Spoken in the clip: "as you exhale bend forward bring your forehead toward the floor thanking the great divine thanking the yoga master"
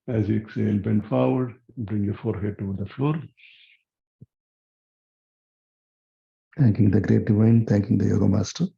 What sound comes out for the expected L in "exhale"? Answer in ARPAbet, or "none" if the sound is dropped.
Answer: N